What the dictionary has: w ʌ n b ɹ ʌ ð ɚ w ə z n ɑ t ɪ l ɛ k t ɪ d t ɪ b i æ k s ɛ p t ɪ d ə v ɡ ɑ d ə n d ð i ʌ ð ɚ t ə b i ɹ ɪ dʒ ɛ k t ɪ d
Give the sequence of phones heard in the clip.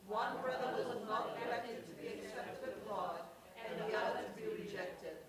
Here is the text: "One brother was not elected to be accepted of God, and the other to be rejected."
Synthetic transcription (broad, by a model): w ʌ n b ɹ ʌ ð ɚ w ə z n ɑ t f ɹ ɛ t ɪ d t ɪ b i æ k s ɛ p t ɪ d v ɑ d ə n ð i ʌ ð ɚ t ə b i ɹ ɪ dʒ ɛ k t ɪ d